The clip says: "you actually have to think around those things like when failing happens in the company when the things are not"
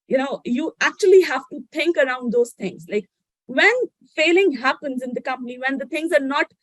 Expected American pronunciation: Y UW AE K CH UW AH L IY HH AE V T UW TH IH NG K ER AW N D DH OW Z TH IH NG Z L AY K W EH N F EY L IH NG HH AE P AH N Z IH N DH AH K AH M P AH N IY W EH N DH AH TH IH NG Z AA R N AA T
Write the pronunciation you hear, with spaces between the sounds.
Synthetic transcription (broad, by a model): Y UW AE K CH UW AH L IY HH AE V T UW T IH NG K ER AW N D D OW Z T IH NG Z L AY K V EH N F EY L IH NG HH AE P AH N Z IH N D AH K AH M P AH N IY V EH N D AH T IH NG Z AA R N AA T